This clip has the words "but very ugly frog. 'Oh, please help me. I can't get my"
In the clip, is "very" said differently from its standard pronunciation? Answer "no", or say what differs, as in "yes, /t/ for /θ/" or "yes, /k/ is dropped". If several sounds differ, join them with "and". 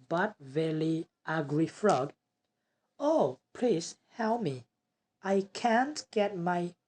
yes, /l/ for /ɹ/